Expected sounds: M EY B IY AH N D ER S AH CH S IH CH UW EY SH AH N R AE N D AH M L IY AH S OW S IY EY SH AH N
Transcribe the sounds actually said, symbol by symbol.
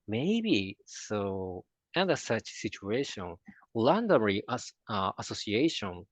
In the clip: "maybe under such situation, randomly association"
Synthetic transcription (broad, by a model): M EY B IY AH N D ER S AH CH S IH CH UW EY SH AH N L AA N D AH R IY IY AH S OW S IY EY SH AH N